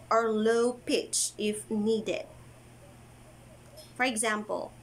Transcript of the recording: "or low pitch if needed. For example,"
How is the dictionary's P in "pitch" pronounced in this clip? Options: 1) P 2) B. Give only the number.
1